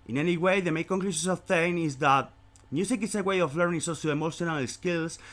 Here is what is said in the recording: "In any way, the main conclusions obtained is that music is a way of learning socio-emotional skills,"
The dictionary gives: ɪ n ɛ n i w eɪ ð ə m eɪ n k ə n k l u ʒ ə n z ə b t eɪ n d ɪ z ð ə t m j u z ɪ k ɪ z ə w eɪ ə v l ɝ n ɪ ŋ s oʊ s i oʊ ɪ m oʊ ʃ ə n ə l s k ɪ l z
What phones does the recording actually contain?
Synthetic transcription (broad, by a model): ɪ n ɛ n i w eɪ ð ə m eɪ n k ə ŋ k l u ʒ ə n s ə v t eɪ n ɪ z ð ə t m j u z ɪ k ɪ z ə w eɪ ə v l ɝ n ɪ ŋ s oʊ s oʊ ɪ m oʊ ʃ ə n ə l s k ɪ l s